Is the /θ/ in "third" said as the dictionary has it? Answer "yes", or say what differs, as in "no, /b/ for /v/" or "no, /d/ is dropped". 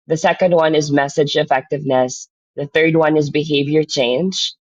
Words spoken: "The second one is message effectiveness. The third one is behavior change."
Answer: yes